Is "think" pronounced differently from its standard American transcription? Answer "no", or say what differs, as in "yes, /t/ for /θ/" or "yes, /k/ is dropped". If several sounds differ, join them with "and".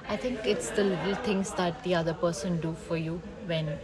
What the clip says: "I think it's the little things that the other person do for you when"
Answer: yes, /t/ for /θ/